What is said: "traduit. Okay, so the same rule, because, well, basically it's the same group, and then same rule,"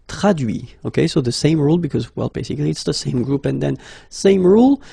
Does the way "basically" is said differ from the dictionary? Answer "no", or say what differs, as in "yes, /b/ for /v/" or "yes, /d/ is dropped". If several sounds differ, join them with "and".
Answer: no